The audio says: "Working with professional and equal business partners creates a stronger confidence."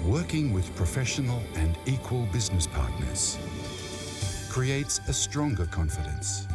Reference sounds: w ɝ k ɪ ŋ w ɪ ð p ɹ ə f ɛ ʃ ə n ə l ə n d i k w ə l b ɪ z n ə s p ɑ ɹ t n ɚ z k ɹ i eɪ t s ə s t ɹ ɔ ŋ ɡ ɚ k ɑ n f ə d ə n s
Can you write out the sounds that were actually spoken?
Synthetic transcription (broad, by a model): w ɝ k ɪ ŋ w ɪ ð p ɹ ə f ɛ ʃ ə n ə l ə n i k w ə l b ɪ z n ə s p ɑ ɹ t n ɚ z k ɹ i eɪ t s ə s t ɹ ɔ ŋ ɡ ɚ k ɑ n f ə d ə n s